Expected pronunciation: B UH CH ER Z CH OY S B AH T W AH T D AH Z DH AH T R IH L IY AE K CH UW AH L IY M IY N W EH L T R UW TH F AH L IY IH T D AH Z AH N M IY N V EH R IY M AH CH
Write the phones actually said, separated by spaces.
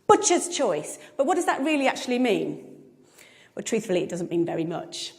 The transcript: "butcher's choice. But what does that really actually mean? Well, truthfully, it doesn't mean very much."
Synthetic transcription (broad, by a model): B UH CH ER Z CH OY S B AH T W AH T D AH Z DH AH T R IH L IY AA K CH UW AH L IY M IY N W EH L T R UW TH F AH L IY IH T D AH Z AH N M IY N V EH R IY M AH CH